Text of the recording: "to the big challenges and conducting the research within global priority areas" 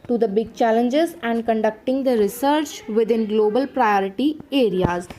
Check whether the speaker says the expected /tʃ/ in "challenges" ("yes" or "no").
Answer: yes